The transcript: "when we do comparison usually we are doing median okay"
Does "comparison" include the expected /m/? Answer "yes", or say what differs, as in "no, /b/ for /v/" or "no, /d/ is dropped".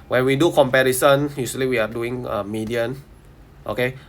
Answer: yes